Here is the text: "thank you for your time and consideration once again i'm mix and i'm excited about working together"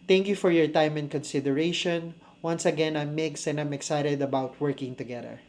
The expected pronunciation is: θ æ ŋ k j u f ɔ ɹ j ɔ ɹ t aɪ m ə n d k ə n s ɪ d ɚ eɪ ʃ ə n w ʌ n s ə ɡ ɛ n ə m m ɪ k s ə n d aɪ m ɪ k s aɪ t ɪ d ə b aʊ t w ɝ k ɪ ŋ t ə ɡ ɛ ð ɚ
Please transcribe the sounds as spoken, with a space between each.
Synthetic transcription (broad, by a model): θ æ ŋ k j u f ɔ ɹ j ɔ ɹ t aɪ m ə n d k ə n s ɪ d ɚ eɪ ʃ ə n w ʌ n s ə ɡ ɛ n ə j m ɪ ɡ s ə n d aɪ m ɪ k s aɪ t ɪ d ə b aʊ t w ɝ k ɪ ŋ t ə ɡ ɛ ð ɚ